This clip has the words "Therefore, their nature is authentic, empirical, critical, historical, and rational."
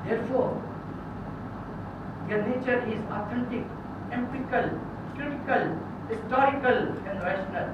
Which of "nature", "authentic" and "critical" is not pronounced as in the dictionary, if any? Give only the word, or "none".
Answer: authentic